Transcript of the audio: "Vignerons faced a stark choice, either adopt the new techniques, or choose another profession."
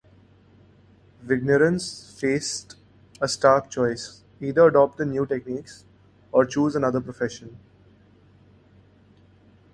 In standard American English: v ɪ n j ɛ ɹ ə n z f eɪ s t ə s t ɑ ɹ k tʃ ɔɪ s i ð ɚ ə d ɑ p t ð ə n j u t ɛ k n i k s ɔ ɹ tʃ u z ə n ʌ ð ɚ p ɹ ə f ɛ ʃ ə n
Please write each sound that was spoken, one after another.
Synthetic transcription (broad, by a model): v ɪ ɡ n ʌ ɹ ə n s f eɪ s t ə s t ɑ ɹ k tʃ ɔɪ s i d ɚ ə d ɑ p t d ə n j u t ɛ k n i k s ɔ ɹ tʃ u z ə n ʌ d ɚ p ɹ ə f ɛ ʃ ə n